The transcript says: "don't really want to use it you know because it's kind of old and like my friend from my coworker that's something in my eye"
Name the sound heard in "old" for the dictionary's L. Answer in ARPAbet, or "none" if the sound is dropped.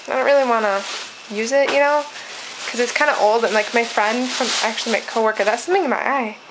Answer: L